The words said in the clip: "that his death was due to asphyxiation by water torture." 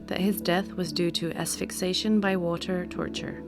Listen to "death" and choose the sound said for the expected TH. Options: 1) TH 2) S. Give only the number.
1